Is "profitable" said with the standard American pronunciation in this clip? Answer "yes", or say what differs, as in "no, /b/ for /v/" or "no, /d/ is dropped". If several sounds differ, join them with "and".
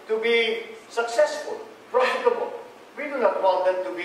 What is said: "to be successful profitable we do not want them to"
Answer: no, /f/ is dropped